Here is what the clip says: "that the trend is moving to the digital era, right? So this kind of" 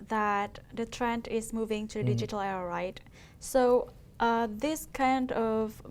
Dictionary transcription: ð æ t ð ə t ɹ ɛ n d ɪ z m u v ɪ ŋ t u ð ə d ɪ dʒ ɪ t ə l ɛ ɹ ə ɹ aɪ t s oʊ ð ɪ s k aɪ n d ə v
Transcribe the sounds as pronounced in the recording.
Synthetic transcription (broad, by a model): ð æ t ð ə t ɹ ɛ n d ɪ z m u v ɪ ŋ t u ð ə d ɪ dʒ ɪ t ə l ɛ ə ɹ aɪ t s oʊ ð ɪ s k aɪ n d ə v